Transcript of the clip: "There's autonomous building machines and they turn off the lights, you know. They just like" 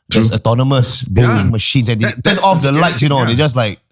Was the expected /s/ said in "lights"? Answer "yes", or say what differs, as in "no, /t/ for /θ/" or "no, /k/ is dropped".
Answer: no, /s/ is dropped